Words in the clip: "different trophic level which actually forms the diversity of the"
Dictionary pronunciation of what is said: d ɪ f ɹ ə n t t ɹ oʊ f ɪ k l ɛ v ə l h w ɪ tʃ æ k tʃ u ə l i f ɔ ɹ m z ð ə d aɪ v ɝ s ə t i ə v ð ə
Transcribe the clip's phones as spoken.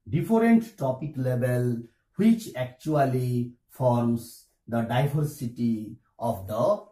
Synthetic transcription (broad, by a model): d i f ɹ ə n t t oʊ p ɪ k l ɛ b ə l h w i tʃ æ k tʃ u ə l i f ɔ ɹ m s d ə d aɪ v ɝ s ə t i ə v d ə